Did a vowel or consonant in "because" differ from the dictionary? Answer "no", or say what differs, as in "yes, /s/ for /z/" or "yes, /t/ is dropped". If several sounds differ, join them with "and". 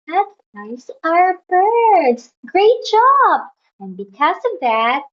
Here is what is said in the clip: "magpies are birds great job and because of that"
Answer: no